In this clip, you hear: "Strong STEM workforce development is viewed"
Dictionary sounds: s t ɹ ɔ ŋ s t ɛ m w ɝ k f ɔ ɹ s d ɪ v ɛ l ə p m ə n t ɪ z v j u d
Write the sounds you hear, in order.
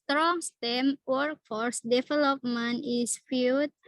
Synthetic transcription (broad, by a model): t ɹ ɔ ŋ s t ɛ m w ɝ k f ɔ ɹ s d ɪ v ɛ l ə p m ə n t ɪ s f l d